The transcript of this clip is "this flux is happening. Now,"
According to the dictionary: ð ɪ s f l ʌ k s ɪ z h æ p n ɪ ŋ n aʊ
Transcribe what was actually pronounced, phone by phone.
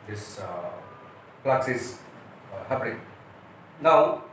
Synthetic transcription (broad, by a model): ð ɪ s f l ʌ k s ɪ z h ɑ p l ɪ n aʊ